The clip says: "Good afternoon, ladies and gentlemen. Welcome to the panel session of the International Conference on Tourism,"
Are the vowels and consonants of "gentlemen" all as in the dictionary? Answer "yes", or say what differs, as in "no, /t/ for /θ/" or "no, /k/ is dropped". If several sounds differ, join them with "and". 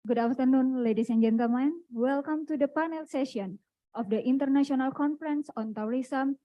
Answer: no, /l/ is dropped